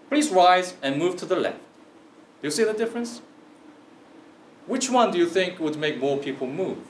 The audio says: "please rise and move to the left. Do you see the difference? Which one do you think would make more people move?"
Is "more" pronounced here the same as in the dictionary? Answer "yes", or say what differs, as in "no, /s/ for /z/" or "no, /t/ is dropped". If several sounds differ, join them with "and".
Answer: yes